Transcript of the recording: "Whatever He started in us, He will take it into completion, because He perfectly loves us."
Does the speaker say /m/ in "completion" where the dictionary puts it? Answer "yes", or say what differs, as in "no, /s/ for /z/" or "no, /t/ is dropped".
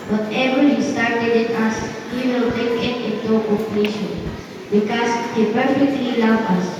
no, /m/ is dropped